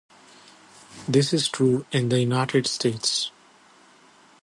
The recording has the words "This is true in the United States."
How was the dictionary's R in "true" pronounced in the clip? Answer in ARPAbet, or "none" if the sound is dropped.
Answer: R